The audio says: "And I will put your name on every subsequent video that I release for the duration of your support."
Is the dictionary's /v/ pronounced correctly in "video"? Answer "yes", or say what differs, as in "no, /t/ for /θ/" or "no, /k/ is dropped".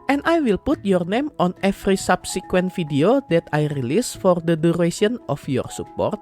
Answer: no, /f/ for /v/